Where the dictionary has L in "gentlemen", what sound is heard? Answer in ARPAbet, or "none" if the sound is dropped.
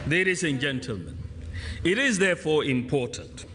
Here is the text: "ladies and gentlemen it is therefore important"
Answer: L